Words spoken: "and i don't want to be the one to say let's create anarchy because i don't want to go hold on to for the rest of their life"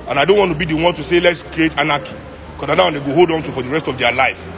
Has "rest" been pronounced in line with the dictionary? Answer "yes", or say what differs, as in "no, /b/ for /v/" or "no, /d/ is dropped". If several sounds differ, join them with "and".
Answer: yes